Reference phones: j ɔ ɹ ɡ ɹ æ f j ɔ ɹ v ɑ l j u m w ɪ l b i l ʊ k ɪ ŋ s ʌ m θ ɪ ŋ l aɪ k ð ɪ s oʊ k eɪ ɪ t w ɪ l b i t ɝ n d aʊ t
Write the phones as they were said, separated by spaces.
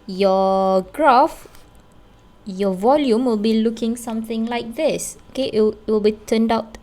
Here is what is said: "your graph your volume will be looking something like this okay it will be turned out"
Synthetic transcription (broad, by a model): j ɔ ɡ ɹ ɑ f j ɔ v ɑ l j u m w ɪ l b i l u k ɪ ŋ s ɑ m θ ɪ ŋ l aɪ k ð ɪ s oʊ k eɪ ɪ t w ɪ l b i t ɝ n d aʊ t